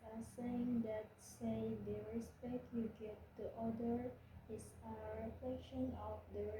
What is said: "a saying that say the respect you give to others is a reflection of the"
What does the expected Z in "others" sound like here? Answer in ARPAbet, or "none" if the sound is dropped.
none